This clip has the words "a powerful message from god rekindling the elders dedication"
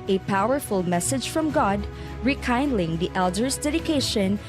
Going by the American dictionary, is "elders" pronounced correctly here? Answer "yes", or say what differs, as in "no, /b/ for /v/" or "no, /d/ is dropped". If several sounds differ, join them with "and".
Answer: no, /s/ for /z/